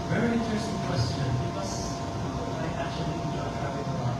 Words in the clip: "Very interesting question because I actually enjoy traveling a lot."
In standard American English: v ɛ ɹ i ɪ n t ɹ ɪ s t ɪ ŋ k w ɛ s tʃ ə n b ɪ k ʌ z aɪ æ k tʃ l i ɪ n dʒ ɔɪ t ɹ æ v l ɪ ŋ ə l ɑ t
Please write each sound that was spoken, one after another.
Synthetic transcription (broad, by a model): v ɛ ɹ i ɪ n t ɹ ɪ s t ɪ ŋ k w ɛ s tʃ ə n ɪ ʌ s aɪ æ k tʃ l i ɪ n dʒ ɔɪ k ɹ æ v ɪ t ə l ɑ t